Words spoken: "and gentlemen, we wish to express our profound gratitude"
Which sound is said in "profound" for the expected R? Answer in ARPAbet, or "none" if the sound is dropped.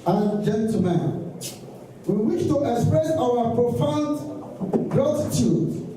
R